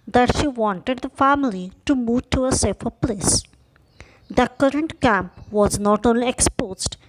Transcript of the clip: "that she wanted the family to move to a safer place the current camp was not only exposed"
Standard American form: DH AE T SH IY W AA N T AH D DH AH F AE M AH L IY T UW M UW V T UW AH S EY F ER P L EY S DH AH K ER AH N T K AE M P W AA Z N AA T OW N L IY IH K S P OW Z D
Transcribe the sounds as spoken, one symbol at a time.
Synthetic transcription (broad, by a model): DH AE T SH IY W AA N T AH D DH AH F AE M AH L IY T UW M UW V T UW AH S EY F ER P L EY S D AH K ER AH N T K AE M P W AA Z N AA T OW N L IY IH K S P OW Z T